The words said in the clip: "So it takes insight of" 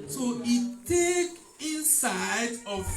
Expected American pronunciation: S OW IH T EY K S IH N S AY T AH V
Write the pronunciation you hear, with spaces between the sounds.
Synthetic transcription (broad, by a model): S OW IH T EY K IH N S AY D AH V